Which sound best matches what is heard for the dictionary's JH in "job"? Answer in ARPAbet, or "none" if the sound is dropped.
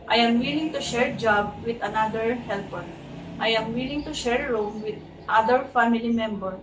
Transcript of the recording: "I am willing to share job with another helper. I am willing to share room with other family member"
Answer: JH